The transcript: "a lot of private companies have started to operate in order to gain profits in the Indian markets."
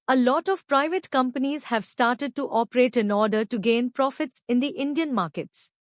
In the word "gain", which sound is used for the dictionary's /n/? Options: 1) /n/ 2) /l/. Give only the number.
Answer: 1